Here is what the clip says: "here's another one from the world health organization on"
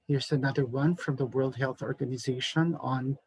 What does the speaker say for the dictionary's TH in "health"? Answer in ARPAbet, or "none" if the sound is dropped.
TH